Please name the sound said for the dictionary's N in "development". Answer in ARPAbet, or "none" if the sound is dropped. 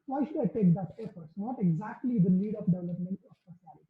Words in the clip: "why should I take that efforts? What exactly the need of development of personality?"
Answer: N